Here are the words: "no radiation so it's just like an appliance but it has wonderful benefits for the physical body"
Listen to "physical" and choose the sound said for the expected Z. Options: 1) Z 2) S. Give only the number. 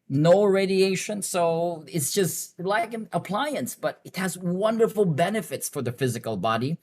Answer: 1